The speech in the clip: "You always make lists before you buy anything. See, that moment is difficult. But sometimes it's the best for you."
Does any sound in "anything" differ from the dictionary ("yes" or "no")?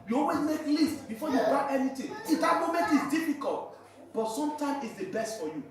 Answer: yes